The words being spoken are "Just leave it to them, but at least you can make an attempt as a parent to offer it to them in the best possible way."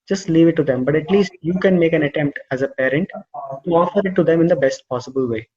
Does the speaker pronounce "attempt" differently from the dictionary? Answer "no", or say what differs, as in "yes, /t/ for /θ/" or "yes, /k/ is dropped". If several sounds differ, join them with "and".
no